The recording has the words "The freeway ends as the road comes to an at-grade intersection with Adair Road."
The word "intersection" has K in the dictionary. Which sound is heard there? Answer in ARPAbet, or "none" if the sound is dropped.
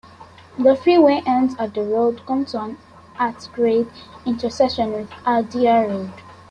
none